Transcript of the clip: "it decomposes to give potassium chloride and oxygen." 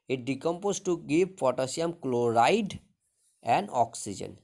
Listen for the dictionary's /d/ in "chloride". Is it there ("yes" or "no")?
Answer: yes